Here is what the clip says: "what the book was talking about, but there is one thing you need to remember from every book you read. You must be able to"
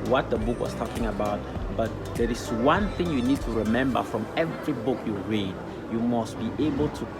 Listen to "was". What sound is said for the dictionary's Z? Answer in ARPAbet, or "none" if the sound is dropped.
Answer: S